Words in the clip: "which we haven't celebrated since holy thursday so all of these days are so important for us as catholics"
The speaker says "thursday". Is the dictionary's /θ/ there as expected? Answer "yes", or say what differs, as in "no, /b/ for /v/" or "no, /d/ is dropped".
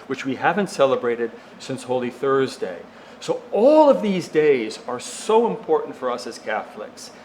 yes